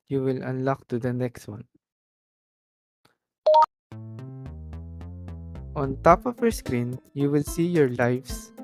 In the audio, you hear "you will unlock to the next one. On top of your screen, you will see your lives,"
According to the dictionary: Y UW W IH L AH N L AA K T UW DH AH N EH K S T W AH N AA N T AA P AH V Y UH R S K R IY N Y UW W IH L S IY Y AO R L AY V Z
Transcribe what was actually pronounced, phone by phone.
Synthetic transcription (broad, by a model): Y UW W IH L AH N L AA K T UW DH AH N EH K S T W AH N AA N T AA P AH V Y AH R S K R IY N Y UW W IH L S IY Y AO R L AY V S